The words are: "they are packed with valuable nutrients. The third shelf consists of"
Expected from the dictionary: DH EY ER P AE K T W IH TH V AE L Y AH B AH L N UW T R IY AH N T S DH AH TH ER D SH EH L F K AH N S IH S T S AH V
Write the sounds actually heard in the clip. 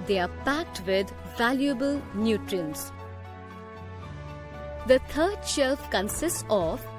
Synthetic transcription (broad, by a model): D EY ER P AE K T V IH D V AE L Y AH B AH L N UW T R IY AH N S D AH T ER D SH EH L F K AH N S IH S T S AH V